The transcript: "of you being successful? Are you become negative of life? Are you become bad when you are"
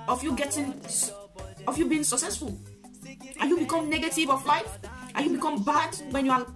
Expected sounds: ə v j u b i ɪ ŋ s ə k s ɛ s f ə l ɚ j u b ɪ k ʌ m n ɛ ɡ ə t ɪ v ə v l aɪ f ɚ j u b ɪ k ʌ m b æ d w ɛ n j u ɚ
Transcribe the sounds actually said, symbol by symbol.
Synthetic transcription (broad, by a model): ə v j u b i ɪ ŋ s ə k s ɛ s f ə l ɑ j u b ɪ k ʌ m n ɛ ɡ ə t ɪ v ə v l aɪ f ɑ j u b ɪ k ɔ m b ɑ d w ɛ n j u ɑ